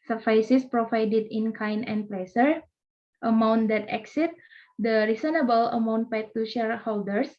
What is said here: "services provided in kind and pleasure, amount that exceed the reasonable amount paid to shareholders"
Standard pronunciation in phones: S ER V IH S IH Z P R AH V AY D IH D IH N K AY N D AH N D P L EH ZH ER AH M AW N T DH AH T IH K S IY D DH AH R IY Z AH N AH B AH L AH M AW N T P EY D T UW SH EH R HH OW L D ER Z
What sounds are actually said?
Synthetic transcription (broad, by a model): S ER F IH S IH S P R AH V AY D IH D IH N K AY N AH N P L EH S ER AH M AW N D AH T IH K S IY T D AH R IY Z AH N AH B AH L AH M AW N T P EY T T UW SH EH R HH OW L D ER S